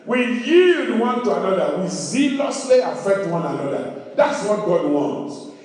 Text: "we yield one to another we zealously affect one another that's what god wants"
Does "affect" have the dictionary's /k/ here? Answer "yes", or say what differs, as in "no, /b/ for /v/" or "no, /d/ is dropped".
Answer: yes